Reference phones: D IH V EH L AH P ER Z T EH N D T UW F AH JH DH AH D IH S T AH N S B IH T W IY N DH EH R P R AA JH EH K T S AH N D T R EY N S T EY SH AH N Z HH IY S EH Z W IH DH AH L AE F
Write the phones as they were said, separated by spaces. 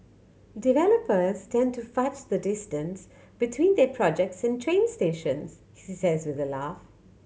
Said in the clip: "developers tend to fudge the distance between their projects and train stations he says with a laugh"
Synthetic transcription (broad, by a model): D IH V EH L AH P ER Z T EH N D T UW F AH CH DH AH D IH S T AH N S B IH T W IY N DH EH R P R AA JH EH K T S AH N T R EY N S T EY SH AH N Z HH IY S EH Z W IH DH AH L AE F